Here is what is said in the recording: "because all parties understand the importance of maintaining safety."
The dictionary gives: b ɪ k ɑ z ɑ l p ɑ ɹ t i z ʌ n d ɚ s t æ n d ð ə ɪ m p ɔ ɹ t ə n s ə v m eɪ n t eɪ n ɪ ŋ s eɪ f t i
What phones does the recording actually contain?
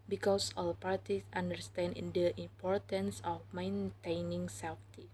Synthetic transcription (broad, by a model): b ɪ k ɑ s ɑ l p ɑ ɹ t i s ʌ n d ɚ s t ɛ n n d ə ɪ m p ɔ ɹ t ə n s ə f m eɪ n t eɪ n ɪ ŋ s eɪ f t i